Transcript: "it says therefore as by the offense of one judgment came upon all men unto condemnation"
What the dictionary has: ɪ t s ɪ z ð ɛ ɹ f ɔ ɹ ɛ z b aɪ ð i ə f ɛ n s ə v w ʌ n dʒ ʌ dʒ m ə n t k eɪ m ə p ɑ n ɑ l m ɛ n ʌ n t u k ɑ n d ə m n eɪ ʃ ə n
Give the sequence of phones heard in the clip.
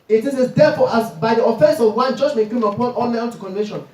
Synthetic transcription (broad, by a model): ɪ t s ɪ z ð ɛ f ɔ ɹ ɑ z b aɪ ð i ə f ɛ n s ə v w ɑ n dʒ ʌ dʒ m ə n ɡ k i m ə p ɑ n ɑ l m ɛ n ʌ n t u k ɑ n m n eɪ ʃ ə n